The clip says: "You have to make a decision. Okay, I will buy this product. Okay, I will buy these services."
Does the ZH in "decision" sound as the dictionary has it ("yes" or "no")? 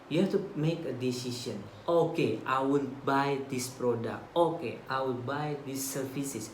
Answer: no